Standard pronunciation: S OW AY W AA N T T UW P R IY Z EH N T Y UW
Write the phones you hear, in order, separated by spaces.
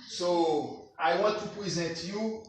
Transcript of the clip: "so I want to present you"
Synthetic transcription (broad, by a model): S OW AY W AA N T T UW P R IY Z EH N T Y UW